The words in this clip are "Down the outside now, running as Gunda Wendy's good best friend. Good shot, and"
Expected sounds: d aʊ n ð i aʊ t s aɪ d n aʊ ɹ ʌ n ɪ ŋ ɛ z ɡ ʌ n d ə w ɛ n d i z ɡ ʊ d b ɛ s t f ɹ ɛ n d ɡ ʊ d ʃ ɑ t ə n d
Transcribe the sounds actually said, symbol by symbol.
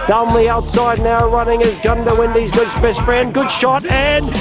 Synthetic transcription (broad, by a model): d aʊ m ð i aʊ t s aɪ d n aʊ ɹ ʌ n ɪ ŋ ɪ z ɡ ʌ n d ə w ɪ n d i z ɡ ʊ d b ɛ s t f ɹ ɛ n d ɡ ʊ d ʃ ɑ t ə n